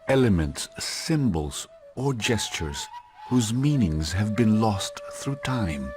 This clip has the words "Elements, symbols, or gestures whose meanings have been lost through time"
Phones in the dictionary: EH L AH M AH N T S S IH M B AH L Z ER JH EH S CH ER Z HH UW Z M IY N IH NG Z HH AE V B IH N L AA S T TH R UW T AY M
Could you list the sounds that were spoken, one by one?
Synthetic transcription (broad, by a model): EH L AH M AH N T S S IH M B AH L Z ER JH EH S CH ER Z HH UW Z M IY N IH NG Z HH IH V B IH N L AA S T TH R UW T AY M